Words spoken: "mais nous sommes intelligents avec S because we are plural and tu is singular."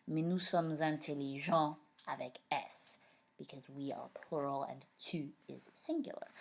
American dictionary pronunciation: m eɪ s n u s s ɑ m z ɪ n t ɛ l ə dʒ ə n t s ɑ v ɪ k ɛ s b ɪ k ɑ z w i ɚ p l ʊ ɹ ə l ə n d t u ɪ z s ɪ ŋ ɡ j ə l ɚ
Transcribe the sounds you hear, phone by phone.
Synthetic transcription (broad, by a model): m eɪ n u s s ɑ m z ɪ t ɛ l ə ʒ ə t ɑ v ɪ k ɛ s b ɪ k ɑ z w i ɚ p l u ɹ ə l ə n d t u ɪ z s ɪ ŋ ɡ j l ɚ